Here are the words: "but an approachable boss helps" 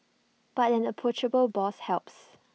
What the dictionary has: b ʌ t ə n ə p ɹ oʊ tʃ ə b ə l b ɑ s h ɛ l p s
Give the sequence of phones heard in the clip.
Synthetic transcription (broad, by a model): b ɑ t ə n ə p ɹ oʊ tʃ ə b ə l b ɑ s h ɛ l p s